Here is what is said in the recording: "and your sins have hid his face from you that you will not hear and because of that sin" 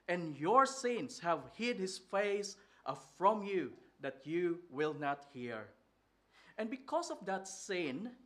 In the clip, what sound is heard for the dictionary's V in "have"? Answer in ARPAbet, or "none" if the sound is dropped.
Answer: V